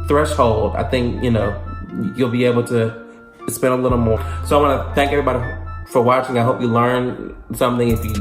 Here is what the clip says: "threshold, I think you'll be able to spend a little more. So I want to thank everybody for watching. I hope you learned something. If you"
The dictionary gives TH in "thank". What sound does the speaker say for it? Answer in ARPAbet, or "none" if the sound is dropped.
TH